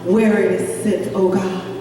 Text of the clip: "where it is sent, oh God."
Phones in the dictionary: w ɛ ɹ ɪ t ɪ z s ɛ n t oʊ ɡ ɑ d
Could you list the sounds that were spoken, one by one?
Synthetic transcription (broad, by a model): w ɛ ɹ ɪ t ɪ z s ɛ t oʊ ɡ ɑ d